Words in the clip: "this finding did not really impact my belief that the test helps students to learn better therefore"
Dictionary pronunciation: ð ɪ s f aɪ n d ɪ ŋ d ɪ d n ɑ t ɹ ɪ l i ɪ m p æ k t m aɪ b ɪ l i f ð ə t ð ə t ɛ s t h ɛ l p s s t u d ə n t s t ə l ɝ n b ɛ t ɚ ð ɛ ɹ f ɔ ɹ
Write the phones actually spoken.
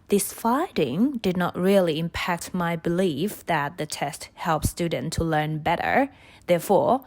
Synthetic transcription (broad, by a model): ð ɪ s f aɪ d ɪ ŋ d ɪ d n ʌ t ɹ ɪ l i ɪ m p æ k t m aɪ b ɪ l i f ð ə t ð ə t ɛ s t h ɛ l p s s t u d n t t ə l ɝ n b ɛ t ɚ ð ɛ ɹ f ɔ ɹ